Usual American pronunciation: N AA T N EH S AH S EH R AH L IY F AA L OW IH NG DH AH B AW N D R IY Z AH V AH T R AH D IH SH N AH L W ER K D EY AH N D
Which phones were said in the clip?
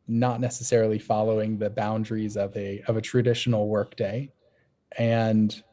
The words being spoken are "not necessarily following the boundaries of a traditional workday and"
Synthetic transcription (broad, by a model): N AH T N EH S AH S EH R L IY F AA L OW IH NG DH AH B AW N D R IY Z AH V AH T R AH D IH SH N L W ER K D EY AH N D